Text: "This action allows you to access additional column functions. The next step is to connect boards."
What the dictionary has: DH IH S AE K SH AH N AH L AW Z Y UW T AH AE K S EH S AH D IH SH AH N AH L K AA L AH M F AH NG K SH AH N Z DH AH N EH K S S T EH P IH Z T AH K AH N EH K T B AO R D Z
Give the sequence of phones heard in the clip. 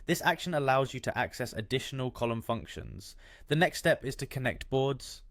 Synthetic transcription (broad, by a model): DH IH S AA K SH AH N AH L AW Z Y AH T AH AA K S EH S AH D IH SH AH N AH L K AA L AH M F AH NG K SH AH N Z DH AH N EH K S S T EH P IH Z T AH K AH N EH K T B AO D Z